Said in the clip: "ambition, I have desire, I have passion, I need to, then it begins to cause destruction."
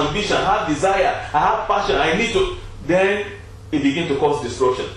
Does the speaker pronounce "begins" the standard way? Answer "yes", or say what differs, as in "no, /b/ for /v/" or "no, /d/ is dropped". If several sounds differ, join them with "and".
no, /z/ is dropped